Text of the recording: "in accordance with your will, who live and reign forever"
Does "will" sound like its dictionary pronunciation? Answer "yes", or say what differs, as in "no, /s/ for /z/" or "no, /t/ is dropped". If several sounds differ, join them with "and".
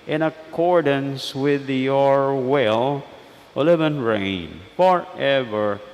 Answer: yes